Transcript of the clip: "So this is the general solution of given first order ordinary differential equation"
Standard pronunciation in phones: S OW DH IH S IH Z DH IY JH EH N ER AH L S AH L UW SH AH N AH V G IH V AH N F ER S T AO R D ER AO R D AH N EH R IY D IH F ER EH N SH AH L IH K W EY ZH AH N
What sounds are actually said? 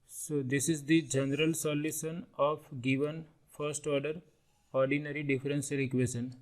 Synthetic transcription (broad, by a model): S OW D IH S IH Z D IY JH EH N ER AH L S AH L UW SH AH N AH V G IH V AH N F ER S T AO R D ER AO R D AH N EH R IY D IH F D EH N S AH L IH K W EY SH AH N